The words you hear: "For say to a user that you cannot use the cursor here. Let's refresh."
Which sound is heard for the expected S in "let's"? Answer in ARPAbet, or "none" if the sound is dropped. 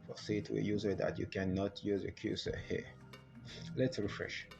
S